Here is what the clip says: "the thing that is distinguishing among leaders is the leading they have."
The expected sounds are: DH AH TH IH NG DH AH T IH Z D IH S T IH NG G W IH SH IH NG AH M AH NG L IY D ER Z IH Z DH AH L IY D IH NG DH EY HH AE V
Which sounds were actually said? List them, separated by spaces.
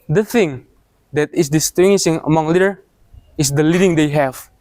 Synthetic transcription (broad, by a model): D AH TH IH NG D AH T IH S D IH S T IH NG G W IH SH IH NG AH M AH NG L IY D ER IH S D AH L IY D IH NG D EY HH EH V